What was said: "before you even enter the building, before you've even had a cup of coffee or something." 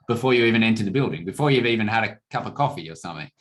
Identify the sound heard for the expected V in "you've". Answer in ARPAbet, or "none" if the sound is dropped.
V